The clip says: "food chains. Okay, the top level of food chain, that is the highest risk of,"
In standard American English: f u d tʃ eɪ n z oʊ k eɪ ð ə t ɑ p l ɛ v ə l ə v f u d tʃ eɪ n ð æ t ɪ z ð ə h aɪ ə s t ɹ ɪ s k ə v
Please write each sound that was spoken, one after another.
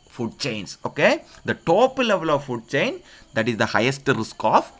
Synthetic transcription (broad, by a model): f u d tʃ eɪ n s oʊ k eɪ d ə t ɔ p l ɛ v ə l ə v f u d tʃ eɪ n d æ t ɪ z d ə h aɪ ə s t ɹ ɪ s k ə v